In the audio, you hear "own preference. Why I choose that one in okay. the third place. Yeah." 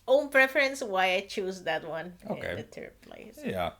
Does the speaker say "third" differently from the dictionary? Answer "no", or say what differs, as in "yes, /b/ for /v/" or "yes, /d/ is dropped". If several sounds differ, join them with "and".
yes, /t/ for /θ/